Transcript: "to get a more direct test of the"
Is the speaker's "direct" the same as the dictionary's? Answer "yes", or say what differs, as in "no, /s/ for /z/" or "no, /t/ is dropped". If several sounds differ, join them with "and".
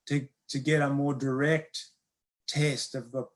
yes